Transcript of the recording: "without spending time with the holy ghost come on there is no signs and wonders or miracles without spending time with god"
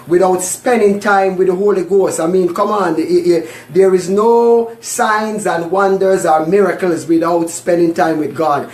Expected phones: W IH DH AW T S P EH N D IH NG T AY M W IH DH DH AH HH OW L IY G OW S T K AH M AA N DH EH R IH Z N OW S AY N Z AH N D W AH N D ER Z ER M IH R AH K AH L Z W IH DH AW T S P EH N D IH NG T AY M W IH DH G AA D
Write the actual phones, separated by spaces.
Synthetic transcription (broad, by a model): W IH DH AW T S P EH N D IH NG T AY M W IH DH DH AH HH OW L IY G OW S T K AH M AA N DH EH R IH Z N OW S AY N Z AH N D W AH N D ER Z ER M IH R AH K AH L Z W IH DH AW T S P EH N D IH NG T AY M W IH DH G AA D